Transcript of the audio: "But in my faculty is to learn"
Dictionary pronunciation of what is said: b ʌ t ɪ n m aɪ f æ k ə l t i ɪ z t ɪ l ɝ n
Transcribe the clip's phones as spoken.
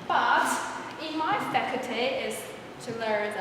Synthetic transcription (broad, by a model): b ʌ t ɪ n m aɪ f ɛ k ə t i ɪ z t ɪ l ɝ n